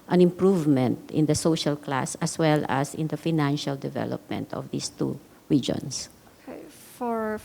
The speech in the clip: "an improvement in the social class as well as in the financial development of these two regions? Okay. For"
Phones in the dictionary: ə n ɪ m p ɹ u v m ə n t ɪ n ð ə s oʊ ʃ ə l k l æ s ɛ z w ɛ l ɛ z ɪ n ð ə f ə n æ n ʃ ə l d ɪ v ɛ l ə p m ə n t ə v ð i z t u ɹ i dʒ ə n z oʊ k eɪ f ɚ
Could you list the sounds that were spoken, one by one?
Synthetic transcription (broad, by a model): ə n ɪ m p ɹ u v m ə n t ɪ n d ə s oʊ ʃ ə l k l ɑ s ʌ s w ɛ l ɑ s ɪ n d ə f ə n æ n ʃ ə l d ɪ v ɛ l ə p m ə n t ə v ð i s t u ɹ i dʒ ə n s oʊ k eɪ f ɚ